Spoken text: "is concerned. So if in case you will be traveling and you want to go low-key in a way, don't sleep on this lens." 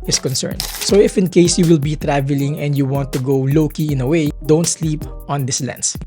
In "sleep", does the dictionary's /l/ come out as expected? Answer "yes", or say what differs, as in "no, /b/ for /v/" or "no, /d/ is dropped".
yes